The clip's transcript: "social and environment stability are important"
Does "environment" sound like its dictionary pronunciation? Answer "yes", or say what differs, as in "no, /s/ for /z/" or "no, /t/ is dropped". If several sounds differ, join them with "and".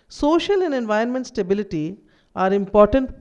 no, /ɹ/ is dropped